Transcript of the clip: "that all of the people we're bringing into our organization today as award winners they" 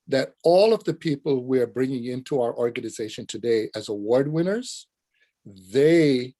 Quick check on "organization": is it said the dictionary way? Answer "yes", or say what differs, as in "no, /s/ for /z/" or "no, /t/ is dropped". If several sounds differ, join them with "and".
yes